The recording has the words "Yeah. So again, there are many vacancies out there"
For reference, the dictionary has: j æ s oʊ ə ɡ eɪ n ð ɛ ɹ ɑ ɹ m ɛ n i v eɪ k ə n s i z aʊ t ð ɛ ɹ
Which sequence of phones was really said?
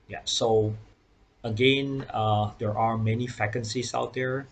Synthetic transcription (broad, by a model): j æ s oʊ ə ɡ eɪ n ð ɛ ɹ ɑ ɹ m ɛ n i f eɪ k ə n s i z aʊ t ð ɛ ɹ